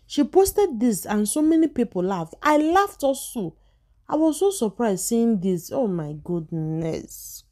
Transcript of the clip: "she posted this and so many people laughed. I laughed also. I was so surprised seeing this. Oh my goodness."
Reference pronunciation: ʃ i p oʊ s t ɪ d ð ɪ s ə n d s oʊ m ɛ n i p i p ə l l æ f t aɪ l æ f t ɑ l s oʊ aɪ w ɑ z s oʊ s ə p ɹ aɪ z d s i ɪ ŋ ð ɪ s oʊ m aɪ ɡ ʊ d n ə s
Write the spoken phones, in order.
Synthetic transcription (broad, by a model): ʃ i p oʊ s t ɪ d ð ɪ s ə n s oʊ m ɛ n i p i p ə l l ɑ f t aɪ l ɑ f t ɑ s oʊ aɪ w ɑ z s oʊ s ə p ɹ aɪ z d s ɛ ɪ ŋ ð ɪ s oʊ m aɪ ɡ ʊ d n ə s